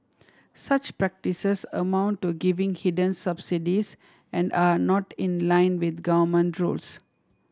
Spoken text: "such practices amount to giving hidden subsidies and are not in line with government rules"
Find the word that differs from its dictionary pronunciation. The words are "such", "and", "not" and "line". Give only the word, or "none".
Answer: none